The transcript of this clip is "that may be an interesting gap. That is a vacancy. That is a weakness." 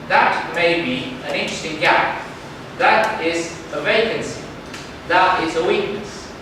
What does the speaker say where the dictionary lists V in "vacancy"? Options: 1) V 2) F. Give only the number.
1